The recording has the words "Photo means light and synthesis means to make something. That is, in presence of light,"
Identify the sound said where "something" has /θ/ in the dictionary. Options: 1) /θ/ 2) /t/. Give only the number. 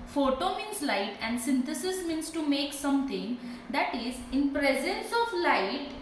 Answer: 2